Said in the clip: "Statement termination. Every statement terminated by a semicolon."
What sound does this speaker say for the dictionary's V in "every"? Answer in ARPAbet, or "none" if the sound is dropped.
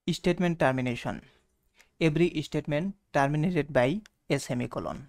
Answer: B